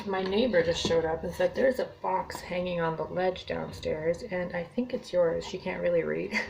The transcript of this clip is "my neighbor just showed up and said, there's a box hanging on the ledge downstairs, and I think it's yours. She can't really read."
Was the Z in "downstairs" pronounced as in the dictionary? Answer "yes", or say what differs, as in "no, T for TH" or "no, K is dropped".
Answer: yes